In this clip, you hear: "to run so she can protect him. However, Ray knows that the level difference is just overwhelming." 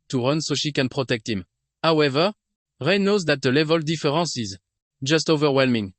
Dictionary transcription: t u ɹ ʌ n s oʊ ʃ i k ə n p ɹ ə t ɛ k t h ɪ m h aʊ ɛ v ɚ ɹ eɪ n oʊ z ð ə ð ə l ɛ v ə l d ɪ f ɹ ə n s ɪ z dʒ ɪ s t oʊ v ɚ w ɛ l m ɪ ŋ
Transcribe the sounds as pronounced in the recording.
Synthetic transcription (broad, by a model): t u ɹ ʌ n s oʊ ʃ i k ə n p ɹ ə t ɛ k t h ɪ m h aʊ ɛ v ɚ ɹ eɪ n oʊ z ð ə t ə l ɛ v ə l d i f ɹ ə s ɪ z dʒ ɪ s t oʊ v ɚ w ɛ l m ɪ ŋ